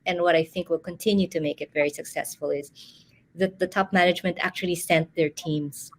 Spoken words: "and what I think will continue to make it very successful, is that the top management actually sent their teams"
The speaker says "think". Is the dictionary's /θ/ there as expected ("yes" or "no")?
yes